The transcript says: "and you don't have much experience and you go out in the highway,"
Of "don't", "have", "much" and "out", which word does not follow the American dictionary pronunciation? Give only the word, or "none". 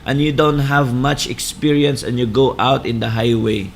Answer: none